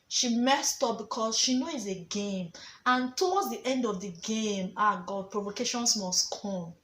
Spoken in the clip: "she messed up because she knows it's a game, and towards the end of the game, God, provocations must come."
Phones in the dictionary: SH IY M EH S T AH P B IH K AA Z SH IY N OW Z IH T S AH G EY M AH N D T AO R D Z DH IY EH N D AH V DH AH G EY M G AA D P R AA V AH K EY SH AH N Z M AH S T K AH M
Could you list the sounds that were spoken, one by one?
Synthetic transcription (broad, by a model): SH IY M EH S T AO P B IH K AA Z SH IY N OW IH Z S AH G EY M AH N T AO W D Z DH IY EH N D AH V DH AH G EY M G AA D P R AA V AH K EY SH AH N S M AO S T K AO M